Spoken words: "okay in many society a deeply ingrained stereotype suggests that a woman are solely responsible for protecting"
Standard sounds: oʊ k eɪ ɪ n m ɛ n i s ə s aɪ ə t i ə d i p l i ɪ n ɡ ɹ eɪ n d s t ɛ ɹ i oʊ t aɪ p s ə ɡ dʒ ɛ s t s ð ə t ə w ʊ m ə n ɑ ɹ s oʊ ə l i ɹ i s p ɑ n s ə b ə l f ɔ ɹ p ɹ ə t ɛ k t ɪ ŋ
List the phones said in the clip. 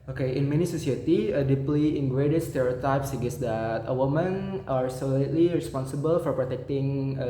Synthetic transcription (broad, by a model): oʊ k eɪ ɪ n m ɛ n i s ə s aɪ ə t i ə d i p l i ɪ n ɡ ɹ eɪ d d s t ɛ ɹ i oʊ t aɪ p s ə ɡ ɛ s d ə t ə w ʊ m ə n ɑ ɹ s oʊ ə l i ɹ i s p ɑ n s ə b ə l f ɔ ɹ p ɹ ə t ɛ k t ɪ ŋ